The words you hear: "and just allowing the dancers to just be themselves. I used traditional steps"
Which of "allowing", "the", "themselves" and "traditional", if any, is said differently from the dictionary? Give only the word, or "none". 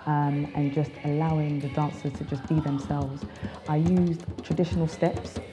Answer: none